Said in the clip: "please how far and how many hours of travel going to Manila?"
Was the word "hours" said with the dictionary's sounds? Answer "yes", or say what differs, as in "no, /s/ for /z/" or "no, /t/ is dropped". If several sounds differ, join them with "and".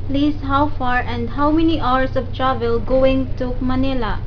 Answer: no, /s/ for /z/